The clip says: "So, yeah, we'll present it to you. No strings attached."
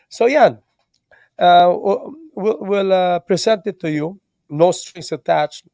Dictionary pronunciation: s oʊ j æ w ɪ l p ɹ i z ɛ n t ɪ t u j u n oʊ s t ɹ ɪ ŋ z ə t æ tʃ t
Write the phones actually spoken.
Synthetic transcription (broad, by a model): s oʊ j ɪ w ɪ l p ɹ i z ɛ n t ɪ t u j u n oʊ s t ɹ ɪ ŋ s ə t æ tʃ